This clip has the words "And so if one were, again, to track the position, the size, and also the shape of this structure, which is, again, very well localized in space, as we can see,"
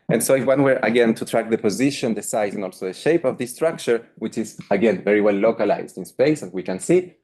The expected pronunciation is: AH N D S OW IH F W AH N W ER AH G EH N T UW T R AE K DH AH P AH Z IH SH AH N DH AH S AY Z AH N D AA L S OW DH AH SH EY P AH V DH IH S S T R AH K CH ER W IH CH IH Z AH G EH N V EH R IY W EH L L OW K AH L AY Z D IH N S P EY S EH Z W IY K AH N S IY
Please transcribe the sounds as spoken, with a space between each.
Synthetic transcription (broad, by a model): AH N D S OW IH W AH N W ER AH G EH N T UW T R AE K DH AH P AH Z IH SH AH N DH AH S AY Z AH N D AA L S OW DH AH SH EY P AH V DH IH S S T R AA K CH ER W IH CH IH Z AH G EH N V EH R IY W EH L L OW K AH L AY Z D IH N S P EY S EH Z W IY K AH N S IY